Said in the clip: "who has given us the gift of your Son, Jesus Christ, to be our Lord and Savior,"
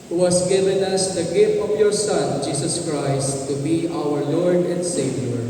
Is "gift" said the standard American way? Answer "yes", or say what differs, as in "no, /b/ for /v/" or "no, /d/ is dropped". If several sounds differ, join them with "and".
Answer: no, /t/ is dropped